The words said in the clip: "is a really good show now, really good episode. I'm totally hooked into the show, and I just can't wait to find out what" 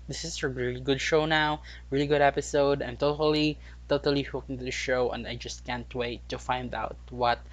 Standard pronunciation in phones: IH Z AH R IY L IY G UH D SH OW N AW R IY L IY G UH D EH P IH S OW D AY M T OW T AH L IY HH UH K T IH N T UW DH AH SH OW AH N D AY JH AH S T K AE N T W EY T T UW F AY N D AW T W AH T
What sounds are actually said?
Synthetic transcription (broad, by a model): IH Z AH R IY L IY G UH D SH OW N AW R IY L IY G UH D EH P IH S OW D AY M T OW T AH L IY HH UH K IH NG T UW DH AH SH OW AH N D AY JH AH S T K AE N T W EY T T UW F AY N D AW T W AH T